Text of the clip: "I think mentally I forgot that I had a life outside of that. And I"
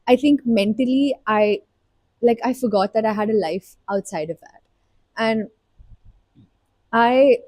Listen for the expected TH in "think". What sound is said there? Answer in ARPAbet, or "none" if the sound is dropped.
T